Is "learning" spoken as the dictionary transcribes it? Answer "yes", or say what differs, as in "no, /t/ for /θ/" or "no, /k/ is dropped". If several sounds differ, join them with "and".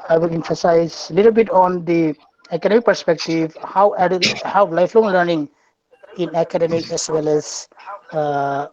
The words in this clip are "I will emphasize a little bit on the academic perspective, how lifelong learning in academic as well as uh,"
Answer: yes